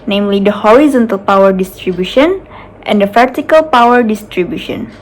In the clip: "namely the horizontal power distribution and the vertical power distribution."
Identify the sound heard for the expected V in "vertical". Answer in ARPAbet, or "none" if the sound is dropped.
P